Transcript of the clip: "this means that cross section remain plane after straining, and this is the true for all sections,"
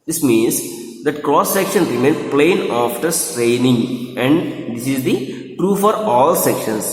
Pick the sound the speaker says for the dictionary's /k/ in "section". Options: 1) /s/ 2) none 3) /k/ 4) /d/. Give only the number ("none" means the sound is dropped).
3